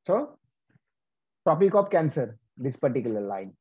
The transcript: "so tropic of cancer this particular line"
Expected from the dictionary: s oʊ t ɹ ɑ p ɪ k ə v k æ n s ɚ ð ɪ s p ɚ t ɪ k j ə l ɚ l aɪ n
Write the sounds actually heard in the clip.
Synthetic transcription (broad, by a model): s oʊ t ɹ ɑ p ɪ k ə p k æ n s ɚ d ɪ s p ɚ t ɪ k j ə l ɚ l aɪ n